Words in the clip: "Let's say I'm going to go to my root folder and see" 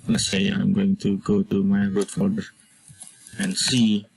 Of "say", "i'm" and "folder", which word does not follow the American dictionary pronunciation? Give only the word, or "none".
folder